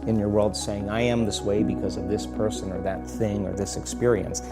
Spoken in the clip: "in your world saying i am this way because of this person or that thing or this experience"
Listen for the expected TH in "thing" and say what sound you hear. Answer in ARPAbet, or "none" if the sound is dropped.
TH